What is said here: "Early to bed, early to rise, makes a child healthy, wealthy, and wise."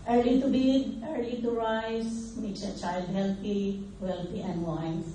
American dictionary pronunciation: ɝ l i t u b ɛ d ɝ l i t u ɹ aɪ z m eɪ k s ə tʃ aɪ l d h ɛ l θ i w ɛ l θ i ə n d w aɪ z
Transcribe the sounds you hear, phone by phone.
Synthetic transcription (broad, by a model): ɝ l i t u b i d ɝ l i t u ɹ aɪ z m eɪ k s ə tʃ aɪ l d h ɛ l t i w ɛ l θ i ə n d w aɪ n